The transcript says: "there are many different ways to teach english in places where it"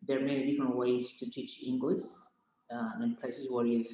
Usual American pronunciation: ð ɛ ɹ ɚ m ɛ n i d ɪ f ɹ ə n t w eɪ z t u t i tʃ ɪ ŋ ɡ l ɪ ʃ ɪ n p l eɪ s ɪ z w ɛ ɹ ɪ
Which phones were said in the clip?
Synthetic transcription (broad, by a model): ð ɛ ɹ m ɛ n i d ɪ f ɹ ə n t w eɪ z t u t i tʃ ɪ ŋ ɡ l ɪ s ɪ n p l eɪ s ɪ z w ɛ ɹ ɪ